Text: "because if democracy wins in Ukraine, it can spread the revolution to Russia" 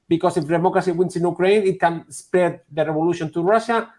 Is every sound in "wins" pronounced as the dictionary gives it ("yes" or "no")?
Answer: no